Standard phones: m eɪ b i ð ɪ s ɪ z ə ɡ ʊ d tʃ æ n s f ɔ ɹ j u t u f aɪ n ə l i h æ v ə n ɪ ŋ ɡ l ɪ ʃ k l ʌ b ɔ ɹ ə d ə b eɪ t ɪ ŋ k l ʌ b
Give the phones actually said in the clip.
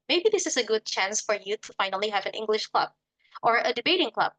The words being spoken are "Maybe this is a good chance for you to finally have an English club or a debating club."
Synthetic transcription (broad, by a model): m eɪ b i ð ɪ s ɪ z ə ɡ ʊ d tʃ æ n s f ɔ ɹ j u t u f aɪ n ə l i h æ v ə n ɪ ŋ ɡ l ɪ ʃ k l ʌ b ɔ ɹ ə d ə b eɪ t ɪ ŋ k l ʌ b